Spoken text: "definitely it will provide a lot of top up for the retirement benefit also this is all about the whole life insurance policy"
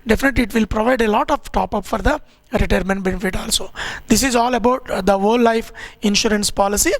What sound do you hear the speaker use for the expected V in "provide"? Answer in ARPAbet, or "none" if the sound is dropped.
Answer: V